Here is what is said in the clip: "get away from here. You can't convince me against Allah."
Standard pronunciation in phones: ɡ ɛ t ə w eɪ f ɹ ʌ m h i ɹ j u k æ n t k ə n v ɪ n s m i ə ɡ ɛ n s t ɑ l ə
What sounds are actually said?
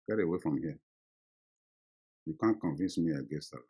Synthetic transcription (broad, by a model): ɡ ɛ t ə w eɪ f ɹ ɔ m h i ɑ j u k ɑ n k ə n v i n s m i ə ɡ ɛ s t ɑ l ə